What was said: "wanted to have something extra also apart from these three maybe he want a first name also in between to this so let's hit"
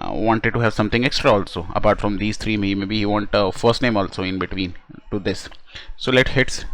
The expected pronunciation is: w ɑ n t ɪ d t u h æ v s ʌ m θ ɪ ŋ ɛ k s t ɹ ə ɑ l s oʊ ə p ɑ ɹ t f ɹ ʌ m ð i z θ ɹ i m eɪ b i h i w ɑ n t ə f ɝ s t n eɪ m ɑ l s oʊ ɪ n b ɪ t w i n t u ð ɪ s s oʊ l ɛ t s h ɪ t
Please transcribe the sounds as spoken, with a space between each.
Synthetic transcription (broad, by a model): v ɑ n t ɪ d t u h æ v s ʌ m t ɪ ŋ ɛ k s t ɹ ə ɑ l s oʊ ə p ɑ ɹ t f ɹ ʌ m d i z t ɹ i m eɪ b i h i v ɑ n t ə f ɝ s t n eɪ m ɑ l s oʊ ɪ n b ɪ t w i n t u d ɪ s s oʊ l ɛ t h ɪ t